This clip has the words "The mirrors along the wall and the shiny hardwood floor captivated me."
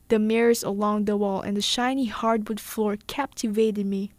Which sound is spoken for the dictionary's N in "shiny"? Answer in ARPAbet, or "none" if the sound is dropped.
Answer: N